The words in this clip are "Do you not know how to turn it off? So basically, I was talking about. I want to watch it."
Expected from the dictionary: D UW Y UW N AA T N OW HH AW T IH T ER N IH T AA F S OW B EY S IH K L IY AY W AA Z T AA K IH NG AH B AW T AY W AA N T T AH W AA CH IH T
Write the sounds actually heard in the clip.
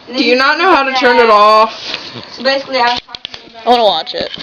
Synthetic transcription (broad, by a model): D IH Y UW N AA T N OW HH AW T IH T ER N IH T AA F S OW B EY S IH K L IY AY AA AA IH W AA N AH W AA CH IH T